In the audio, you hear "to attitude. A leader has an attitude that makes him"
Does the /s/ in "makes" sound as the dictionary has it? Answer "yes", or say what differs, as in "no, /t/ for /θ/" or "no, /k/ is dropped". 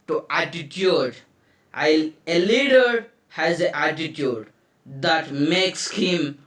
yes